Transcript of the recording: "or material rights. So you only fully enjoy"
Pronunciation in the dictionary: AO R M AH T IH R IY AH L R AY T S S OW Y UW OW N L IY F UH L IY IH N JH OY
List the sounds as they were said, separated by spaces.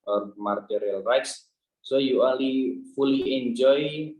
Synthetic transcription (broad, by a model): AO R M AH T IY R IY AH L R AY T S S OW Y UW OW L IY F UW L IY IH N JH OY